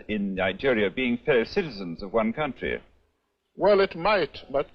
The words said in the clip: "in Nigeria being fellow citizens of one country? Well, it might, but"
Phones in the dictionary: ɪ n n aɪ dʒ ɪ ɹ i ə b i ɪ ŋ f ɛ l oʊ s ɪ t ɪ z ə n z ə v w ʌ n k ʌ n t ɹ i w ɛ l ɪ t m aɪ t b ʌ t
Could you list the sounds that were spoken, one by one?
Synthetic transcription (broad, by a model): ɪ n n aɪ dʒ ɪ ɹ i ə b i ɪ ŋ f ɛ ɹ s ɪ t ɪ z ə n z ə v w ʌ n k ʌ n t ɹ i w ɛ l ɪ t m aɪ t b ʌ t